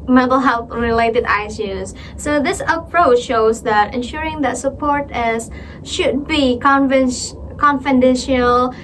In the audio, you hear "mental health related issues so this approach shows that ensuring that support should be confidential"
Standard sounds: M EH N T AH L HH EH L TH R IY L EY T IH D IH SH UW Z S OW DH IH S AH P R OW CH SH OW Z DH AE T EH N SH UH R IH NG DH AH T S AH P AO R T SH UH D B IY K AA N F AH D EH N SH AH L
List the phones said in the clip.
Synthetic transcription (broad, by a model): M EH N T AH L HH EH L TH R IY L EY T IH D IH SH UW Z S OW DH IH S AH P R OW CH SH OW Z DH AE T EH N SH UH R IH NG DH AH T S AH P AO R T SH UH D B IY K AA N F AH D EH N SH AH L